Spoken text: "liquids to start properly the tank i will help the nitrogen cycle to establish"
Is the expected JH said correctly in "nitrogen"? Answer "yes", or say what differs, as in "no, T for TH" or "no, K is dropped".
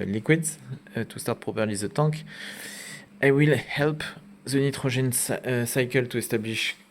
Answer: no, ZH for JH